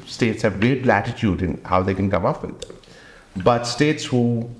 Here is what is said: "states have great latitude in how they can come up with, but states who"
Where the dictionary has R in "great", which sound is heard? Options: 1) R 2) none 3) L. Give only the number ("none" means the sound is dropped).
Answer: 2